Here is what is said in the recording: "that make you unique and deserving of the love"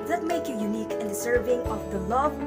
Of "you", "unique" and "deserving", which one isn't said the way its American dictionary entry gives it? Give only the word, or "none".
deserving